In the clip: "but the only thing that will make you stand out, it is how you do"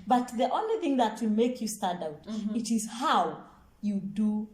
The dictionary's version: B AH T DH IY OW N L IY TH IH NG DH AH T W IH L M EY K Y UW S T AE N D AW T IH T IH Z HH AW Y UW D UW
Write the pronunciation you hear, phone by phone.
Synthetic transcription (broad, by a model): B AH T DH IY OW N L IY TH IH NG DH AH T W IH M EY K Y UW S T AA D AW T IH T IH Z HH AW Y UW D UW